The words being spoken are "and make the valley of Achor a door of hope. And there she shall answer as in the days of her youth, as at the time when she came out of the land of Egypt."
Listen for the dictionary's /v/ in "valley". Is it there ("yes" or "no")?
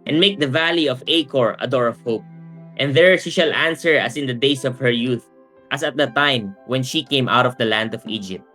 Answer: yes